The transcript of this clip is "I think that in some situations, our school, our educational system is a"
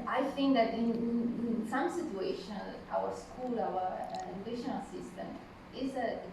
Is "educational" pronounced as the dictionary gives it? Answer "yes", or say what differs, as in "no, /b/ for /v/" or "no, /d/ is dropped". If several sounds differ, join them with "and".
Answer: no, /dʒ/ is dropped